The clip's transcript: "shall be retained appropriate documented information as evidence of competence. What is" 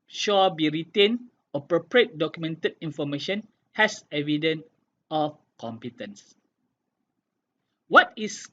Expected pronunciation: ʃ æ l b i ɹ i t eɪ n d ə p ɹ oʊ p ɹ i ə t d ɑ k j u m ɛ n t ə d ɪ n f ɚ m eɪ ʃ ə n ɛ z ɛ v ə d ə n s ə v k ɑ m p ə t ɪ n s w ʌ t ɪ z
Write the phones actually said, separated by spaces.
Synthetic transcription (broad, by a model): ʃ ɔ b i ɹ i t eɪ n ə p ɹ oʊ p ɹ i ə t d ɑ k j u m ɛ n t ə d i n f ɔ m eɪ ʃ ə n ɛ s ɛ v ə d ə n ə f k ɑ m p ə t ɪ n s w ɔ t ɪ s